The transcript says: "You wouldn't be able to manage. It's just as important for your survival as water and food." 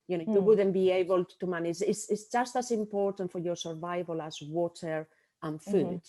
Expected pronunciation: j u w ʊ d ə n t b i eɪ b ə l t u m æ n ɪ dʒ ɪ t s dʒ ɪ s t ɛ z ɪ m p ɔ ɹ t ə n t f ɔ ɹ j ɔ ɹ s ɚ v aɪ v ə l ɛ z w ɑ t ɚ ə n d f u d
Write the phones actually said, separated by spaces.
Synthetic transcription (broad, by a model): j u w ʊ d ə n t b i eɪ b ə l t u m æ n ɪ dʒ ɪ s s dʒ ɪ s t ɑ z ɪ m p ɔ ɹ t ə n t f ɔ ɹ j ɔ ɹ s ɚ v aɪ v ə l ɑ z w ɑ t ɚ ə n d f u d